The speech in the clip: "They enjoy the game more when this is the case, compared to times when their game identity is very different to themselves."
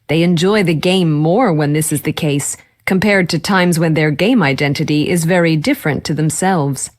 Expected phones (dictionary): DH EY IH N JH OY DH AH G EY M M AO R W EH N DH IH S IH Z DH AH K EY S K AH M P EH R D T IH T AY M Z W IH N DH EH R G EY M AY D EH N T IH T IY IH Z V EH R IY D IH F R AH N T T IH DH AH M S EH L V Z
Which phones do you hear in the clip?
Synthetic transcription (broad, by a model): DH EY IH N JH OY DH AH G EY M M AO R W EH N DH IH S IH Z DH AH K EY S K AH M P EH R D T IH T AY M Z W IH N DH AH R G EY M AY D EH N T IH T IY IH Z V EH R IY D IH F R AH N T T IH DH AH M S EH L V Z